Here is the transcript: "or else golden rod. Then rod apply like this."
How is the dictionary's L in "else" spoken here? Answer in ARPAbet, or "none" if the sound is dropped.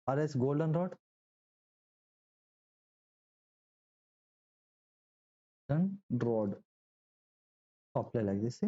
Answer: none